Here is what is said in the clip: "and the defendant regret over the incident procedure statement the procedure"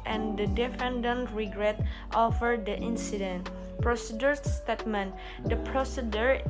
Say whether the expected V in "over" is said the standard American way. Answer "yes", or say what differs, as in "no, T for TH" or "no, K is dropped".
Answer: no, F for V